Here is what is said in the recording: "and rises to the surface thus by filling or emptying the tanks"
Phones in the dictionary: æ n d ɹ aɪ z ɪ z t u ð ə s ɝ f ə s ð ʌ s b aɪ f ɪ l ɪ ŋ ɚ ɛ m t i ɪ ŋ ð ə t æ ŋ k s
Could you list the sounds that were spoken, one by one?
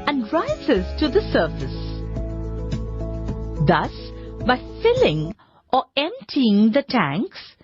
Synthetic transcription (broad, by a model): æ n d ɹ aɪ z ɪ z t u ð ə s ɝ f ə s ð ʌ s b aɪ f ɪ l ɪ ŋ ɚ ɛ m t i ɪ ŋ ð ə t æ ŋ k s